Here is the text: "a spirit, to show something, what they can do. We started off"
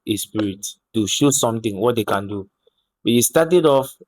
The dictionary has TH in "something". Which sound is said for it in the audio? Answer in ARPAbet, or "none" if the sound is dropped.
T